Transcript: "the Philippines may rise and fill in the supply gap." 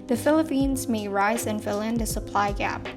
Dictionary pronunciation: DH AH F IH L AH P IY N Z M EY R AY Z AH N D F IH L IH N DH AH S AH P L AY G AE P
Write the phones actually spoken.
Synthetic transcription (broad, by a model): DH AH F IH L AH P IY N Z M EY R AY Z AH N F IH L IH N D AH S AH P L AY G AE P